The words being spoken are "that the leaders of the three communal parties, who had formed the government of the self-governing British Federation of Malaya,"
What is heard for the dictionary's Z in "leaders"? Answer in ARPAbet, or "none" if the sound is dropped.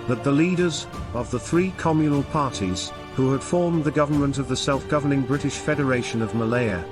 Z